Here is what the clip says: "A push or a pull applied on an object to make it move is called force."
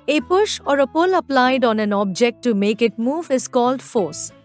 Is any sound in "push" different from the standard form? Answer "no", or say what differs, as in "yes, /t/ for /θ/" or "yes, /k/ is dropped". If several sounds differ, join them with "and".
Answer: no